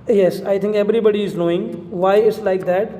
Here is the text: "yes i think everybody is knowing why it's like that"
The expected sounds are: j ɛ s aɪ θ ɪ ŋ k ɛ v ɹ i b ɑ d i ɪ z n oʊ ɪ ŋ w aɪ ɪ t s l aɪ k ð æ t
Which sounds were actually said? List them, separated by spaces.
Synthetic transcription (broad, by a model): j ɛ s aɪ t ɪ ŋ k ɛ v ɹ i b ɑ d i ɪ z n oʊ ɪ ŋ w aɪ ɪ t s l aɪ k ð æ t